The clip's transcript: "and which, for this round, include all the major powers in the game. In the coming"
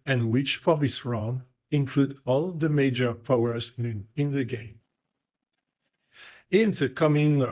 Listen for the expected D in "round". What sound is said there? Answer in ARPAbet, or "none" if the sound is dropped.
none